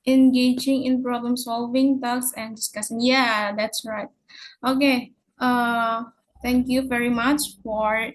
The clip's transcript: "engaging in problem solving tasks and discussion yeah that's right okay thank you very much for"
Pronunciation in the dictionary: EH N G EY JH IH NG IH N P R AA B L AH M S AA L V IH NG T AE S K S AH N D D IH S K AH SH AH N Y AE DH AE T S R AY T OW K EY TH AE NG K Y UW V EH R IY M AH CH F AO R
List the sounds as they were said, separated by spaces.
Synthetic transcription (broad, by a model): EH N G EY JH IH NG IH N P R AA B L AH M S AA L V IH NG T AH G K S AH N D D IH S K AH S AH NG Y AE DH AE T S R AY T OW K EY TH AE NG K Y UW V EH R IY M AH CH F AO R